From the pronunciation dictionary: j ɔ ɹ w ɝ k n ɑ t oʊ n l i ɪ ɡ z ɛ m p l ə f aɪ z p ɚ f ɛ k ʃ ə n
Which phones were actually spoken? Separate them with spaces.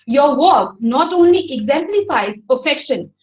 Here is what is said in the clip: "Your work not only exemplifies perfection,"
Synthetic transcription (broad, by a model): j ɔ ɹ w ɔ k n ɑ t oʊ n l i ɪ ɡ z ɛ m p l ə f aɪ z p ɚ f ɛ k ʃ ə n